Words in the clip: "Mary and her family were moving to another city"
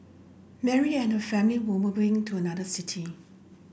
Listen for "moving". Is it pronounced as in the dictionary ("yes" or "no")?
no